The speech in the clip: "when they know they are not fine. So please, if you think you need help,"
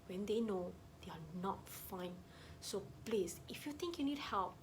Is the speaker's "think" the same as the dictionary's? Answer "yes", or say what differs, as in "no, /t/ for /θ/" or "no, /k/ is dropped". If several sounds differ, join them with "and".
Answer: no, /t/ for /θ/